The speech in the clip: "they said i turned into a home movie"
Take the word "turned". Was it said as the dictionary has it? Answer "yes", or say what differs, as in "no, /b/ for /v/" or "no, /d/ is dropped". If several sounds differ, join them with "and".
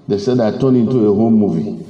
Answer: no, /d/ is dropped